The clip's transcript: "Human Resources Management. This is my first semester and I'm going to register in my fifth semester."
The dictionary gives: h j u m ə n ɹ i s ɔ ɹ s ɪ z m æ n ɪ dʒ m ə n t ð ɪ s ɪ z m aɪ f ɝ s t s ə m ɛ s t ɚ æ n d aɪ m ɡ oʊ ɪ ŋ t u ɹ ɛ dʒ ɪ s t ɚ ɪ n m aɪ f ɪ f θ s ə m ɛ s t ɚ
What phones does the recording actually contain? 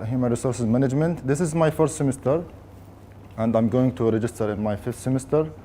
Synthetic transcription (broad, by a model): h j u m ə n ɹ i s ɔ ɹ s ɪ z m æ n ɪ dʒ m ə n t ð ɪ s ɪ z m aɪ f ɝ s t s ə m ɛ s t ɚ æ n d aɪ m ɡ oʊ ɪ ŋ t u ɹ ɛ dʒ ɪ s t ɚ ɪ n m aɪ f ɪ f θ s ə m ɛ s t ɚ